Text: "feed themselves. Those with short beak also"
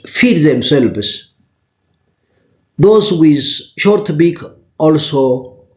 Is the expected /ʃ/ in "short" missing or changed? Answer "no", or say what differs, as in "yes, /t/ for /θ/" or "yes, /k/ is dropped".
no